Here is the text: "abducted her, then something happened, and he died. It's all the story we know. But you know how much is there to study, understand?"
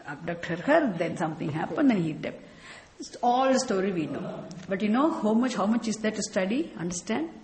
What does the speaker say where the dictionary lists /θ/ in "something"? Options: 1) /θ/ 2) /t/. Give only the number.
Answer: 2